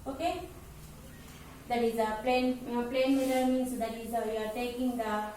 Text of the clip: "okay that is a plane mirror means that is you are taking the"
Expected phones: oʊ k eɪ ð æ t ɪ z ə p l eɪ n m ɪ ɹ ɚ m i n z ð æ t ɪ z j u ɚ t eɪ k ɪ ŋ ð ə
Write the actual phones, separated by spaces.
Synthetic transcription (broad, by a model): oʊ k eɪ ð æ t ɪ z ə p l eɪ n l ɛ w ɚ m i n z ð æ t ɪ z j u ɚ t eɪ k ɪ ŋ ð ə